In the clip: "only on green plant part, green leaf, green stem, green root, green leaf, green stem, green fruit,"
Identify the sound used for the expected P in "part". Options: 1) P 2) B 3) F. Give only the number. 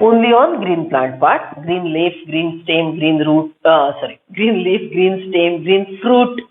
2